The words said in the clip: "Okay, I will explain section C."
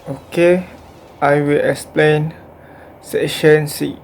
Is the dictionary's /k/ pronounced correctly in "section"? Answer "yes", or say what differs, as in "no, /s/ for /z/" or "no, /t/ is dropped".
no, /k/ is dropped